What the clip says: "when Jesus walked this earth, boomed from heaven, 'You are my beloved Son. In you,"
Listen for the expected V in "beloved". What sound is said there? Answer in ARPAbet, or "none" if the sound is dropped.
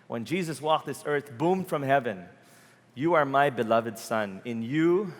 V